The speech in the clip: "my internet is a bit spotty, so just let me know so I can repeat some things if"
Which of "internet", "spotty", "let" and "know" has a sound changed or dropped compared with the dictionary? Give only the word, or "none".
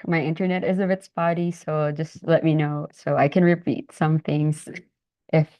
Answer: spotty